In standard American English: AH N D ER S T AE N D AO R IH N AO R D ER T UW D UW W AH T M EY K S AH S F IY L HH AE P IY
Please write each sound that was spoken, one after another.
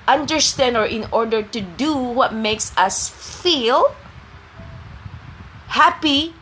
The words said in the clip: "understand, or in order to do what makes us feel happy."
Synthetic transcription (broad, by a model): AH N D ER S T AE N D AO R IH N AO R D ER T UW D UW W AH T M EY K S AH S F IY L HH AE P IY